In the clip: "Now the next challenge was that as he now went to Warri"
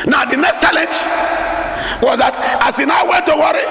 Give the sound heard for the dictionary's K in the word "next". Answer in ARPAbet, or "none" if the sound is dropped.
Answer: K